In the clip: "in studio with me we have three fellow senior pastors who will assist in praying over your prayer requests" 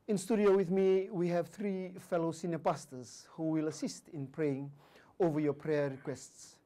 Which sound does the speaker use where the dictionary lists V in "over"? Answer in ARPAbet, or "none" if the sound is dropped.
V